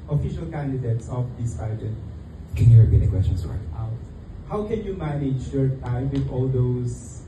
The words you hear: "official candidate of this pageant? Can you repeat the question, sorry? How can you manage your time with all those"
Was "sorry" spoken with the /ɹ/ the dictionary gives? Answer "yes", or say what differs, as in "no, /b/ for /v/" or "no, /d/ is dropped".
no, /ɹ/ is dropped